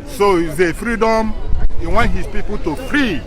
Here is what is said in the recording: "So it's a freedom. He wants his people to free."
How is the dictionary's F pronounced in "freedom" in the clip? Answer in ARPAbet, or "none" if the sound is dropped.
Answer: F